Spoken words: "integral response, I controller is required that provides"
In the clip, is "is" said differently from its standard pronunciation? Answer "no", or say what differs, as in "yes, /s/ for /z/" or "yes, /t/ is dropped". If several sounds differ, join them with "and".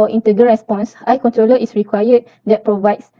yes, /s/ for /z/